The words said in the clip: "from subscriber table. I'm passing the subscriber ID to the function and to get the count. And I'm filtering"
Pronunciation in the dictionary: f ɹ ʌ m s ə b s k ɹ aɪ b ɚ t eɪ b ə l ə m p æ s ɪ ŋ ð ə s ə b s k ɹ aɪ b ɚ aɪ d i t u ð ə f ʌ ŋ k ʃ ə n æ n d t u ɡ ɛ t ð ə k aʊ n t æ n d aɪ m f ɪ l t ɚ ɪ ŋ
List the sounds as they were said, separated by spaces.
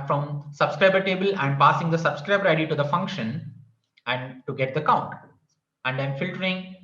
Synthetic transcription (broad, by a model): f ɹ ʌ m s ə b s k ɹ aɪ b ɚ t eɪ b ə l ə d p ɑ s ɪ ŋ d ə s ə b s k ɹ aɪ b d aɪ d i t u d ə f ʌ ŋ k ʃ ə n æ n d t u ɡ ɛ t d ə k aʊ n t æ n d aɪ m f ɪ l t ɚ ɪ ŋ